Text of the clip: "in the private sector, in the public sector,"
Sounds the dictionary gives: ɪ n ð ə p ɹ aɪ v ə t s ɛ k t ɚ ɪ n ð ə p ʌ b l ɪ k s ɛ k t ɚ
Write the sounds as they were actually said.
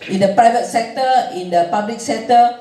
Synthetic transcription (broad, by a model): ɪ n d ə p ɹ aɪ v ə t s ɛ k t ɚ ɪ n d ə p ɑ b l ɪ k s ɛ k t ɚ